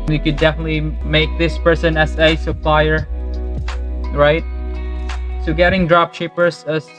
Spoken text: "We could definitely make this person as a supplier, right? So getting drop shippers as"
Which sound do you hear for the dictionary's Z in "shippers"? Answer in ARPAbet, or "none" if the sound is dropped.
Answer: S